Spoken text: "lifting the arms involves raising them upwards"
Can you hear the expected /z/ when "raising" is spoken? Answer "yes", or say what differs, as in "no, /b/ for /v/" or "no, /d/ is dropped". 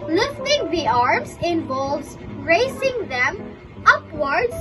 no, /s/ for /z/